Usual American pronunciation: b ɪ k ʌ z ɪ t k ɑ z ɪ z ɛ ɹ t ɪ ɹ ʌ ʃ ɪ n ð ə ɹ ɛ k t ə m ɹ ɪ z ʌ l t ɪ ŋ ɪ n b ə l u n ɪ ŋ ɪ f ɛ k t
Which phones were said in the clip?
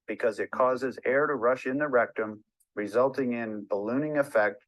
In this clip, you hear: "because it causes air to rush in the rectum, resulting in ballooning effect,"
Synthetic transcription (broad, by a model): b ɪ k ʌ z ɪ t k ɑ z ɪ z ɛ ɹ t ɪ ɹ ʌ ʃ ɪ n ð ə ɹ ɛ k t ə m ɹ ɪ z ʌ l t ɪ ŋ ɪ n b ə l u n ɪ ŋ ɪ f ɛ k t